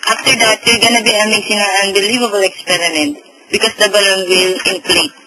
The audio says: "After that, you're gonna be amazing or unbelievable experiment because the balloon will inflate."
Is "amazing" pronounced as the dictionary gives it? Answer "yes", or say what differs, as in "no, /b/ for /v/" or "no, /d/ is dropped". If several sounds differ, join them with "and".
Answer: no, /s/ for /z/